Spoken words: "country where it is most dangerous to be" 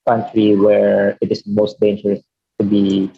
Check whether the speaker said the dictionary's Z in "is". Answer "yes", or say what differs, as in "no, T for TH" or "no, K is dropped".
no, S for Z